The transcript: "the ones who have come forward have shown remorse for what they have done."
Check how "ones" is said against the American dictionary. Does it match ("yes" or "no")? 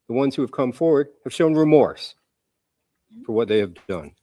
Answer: yes